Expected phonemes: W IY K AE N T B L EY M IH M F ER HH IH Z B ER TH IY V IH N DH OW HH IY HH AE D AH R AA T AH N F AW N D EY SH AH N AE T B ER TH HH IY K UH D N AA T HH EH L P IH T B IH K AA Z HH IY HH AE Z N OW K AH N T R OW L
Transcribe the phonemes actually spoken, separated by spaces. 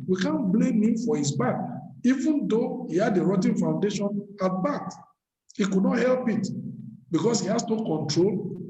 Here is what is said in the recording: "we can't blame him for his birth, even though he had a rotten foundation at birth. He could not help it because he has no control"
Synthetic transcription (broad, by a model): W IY K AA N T B L EY M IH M F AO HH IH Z B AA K IY V IH N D OW HH IY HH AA D AH R AA T AH N F AW N D EY SH AH N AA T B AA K HH IY K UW D N AA T HH EH L P IH T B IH K AA S HH IY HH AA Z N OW K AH N T R OW L